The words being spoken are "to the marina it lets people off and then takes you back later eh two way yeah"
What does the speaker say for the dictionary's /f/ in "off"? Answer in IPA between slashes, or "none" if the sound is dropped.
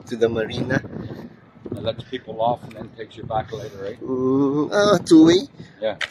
/f/